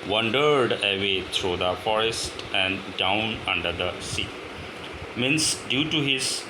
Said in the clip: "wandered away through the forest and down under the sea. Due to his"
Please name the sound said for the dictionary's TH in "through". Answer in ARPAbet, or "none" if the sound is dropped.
T